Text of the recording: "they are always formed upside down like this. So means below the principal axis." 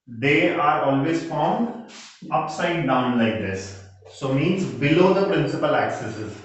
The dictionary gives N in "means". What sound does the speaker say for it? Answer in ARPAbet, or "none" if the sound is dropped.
N